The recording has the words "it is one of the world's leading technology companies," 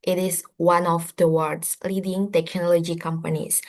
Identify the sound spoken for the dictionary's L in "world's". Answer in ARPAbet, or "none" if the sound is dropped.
none